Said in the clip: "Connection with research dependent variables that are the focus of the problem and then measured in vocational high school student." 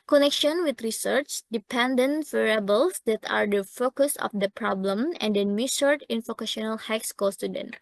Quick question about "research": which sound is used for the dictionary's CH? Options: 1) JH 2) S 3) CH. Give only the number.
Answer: 3